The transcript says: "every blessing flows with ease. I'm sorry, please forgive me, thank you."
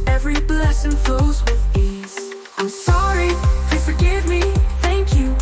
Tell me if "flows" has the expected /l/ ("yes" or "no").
no